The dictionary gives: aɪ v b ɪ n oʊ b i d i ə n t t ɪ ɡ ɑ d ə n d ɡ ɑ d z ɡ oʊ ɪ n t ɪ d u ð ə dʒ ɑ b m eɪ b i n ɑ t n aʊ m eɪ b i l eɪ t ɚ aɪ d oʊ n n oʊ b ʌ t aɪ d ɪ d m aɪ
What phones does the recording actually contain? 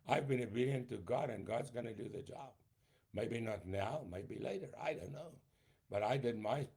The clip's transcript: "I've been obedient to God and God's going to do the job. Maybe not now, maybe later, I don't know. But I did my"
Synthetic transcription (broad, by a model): aɪ v b ɪ n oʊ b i d i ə n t t ɪ ɡ ɑ d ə n ɡ ɑ d z ɡ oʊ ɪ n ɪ d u ð ə dʒ ɑ b m eɪ b i n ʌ t n aʊ m eɪ b i l eɪ t ɚ aɪ d oʊ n n oʊ b ʌ t aɪ d ɪ d m aɪ